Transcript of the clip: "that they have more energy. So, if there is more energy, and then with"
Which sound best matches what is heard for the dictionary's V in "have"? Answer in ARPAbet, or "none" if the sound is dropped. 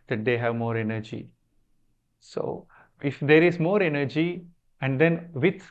V